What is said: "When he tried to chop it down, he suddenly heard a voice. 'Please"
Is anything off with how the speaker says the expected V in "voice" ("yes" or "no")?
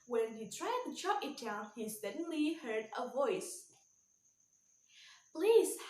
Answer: no